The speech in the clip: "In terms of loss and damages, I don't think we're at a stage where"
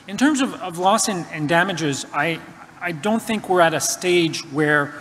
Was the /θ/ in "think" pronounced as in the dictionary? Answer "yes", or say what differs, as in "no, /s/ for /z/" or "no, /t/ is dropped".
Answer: yes